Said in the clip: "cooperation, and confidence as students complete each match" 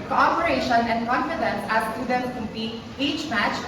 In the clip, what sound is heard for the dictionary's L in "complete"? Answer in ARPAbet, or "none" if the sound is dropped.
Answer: none